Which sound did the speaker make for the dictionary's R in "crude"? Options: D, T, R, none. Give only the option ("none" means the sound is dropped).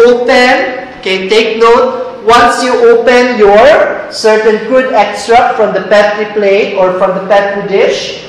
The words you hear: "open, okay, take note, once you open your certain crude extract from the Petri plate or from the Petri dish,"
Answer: none